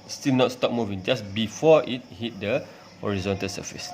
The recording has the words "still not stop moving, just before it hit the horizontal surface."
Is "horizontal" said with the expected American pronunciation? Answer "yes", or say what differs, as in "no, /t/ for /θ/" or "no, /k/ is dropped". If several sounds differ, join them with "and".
yes